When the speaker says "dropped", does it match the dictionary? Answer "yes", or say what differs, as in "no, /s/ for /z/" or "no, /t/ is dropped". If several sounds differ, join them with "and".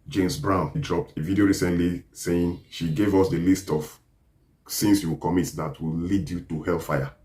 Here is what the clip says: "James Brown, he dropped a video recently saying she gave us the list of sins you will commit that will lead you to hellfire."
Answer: yes